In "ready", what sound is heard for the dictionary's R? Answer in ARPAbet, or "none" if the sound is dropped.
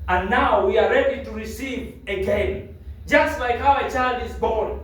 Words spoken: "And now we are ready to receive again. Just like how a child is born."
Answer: R